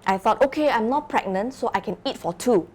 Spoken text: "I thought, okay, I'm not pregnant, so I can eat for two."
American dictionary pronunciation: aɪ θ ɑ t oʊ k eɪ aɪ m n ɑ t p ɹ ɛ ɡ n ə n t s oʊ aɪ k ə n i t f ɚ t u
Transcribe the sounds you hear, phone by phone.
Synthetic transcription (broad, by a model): aɪ θ ɑ t oʊ k eɪ aɪ m n ɑ t p ɹ ɛ ɡ n ə n t s oʊ aɪ k ə n i t f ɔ t u